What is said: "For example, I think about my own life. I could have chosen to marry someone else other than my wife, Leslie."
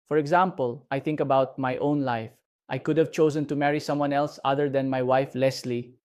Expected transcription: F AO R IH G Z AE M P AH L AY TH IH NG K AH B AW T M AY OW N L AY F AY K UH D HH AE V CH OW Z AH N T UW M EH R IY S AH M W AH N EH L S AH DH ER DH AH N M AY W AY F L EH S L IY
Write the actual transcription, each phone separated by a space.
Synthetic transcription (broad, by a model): F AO R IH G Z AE M P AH L AY T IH NG K AH B AW T M AY OW N L AY F AY K UH D HH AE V CH OW Z AH N T UW M EH R IY S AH M W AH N EH L S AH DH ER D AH N M AY W AY F L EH S L IY